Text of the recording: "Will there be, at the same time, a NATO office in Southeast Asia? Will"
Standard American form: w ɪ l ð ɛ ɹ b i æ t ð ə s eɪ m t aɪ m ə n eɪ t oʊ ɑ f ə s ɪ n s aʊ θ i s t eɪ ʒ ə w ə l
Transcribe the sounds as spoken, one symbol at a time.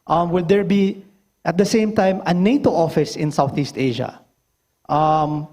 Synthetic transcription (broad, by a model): w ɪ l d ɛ ɹ b i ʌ t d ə s eɪ m t aɪ m ə n eɪ t oʊ ɑ f ə s ɪ n s aʊ θ i s t eɪ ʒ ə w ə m